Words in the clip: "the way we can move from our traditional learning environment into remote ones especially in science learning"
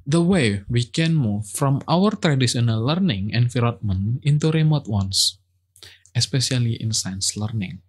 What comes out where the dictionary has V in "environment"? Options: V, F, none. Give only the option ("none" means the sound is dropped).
F